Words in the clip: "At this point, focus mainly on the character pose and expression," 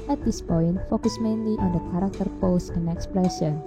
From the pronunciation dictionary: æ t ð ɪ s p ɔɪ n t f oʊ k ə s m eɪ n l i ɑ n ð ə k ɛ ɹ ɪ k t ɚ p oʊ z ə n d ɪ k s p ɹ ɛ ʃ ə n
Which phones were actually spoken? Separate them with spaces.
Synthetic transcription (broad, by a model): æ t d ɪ s p ɔɪ n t f oʊ k ə s m eɪ n l i ɑ n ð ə k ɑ ɹ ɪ k t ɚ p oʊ s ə n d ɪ k s p ɹ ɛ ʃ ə n